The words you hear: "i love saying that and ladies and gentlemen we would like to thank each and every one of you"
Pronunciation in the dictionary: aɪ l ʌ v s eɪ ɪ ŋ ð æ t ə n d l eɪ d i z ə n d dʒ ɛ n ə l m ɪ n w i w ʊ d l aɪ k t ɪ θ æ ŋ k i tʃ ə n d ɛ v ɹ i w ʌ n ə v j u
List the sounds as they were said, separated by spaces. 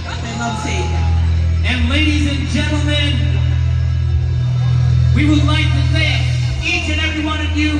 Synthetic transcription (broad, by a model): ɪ n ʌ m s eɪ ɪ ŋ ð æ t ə n l eɪ d i z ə n dʒ ɛ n l m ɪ n w i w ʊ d l aɪ k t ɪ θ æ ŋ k i tʃ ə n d ɛ v ɹ i w ʌ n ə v j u